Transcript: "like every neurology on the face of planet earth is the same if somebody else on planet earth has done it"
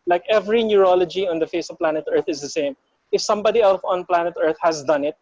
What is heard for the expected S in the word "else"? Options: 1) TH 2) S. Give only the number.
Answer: 1